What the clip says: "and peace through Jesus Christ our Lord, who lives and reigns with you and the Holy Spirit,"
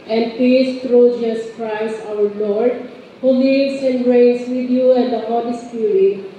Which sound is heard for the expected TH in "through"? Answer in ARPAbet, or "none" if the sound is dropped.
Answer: T